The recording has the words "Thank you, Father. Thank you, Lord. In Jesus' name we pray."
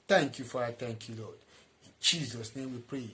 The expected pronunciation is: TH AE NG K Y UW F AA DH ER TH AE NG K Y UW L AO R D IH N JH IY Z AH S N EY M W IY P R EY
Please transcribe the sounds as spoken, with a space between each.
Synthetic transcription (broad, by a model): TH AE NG K Y UW F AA AA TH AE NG K Y UW L AO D IH N JH IY Z AH S N EY M W IY P R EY